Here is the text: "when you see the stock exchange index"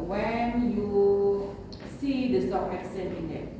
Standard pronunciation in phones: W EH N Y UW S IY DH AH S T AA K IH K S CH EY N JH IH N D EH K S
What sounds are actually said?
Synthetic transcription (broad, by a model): W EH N Y UW S IY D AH S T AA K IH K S EY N IH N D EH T